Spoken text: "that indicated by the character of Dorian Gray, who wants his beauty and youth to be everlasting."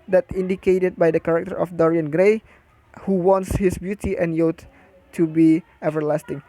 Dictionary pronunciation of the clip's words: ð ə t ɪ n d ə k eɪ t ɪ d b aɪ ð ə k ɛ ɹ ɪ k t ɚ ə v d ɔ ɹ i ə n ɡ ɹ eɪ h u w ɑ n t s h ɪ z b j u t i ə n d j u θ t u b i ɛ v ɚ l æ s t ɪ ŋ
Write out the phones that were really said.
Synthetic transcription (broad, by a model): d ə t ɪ n d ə k eɪ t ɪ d b aɪ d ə k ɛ ɹ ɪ k t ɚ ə f d ɔ ɹ i ə n ɡ ɹ eɪ h u w ɑ n t s h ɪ s b j u t i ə n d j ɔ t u b i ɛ v ɚ l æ s t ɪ ŋ